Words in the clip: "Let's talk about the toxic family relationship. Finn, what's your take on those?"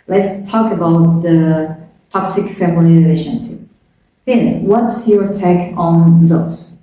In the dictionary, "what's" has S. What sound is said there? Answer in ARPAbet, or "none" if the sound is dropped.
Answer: S